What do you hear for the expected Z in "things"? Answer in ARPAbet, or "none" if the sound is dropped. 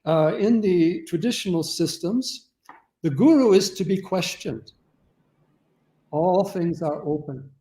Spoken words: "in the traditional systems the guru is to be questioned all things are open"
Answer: Z